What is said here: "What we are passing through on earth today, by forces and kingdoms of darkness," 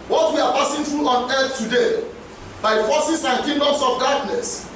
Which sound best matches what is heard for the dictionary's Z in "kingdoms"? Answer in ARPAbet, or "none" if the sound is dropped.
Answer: S